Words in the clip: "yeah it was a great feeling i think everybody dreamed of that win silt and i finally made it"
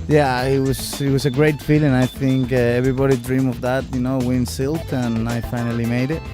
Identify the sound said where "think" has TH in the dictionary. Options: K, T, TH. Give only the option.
TH